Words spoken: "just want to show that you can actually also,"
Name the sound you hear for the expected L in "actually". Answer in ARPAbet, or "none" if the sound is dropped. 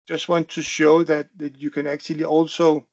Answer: L